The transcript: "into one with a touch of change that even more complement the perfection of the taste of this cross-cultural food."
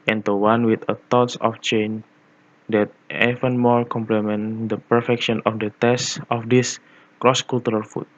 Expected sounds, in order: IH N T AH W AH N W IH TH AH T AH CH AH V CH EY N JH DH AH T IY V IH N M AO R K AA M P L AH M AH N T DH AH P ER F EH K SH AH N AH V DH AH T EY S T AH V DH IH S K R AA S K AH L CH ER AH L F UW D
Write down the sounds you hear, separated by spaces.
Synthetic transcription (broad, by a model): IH N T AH W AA N W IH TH AH T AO S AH F CH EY N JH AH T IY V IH N M AO R K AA M P L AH M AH N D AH P ER F EH K SH AH N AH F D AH T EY S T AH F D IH S K R AA S K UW L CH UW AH L F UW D